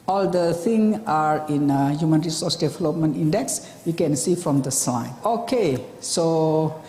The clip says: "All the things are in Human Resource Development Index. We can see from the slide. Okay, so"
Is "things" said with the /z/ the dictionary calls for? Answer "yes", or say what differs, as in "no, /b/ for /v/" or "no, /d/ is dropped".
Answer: no, /z/ is dropped